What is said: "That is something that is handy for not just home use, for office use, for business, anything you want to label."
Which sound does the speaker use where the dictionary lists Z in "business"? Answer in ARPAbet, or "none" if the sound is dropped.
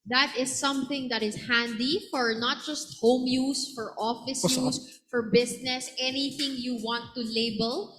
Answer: S